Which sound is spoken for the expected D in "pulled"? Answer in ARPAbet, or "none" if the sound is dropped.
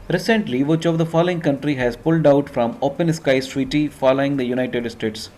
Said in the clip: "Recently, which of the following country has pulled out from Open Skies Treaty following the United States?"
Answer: D